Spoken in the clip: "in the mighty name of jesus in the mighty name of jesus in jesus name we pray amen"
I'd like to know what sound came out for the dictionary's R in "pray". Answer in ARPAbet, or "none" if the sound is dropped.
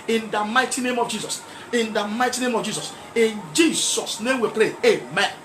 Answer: L